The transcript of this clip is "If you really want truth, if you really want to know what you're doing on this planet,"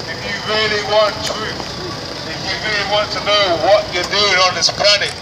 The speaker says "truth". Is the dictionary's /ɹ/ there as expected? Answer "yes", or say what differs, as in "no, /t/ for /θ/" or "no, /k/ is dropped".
no, /ɹ/ is dropped